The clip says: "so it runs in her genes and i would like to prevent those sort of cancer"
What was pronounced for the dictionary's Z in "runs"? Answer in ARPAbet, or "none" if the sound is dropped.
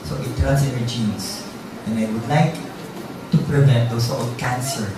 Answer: S